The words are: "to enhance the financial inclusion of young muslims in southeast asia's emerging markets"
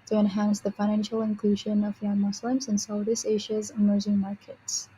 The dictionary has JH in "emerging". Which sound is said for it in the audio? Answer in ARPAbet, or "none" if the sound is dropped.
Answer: Z